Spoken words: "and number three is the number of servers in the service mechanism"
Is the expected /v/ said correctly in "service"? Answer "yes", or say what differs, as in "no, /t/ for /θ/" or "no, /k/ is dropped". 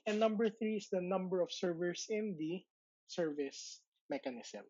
yes